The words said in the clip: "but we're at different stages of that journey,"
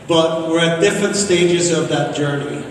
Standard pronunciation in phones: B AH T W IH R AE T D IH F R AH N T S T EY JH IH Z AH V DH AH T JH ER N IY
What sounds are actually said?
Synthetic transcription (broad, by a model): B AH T W IH R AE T D IH F R AH N T S T EY JH IH Z AH V DH AH T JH ER N IY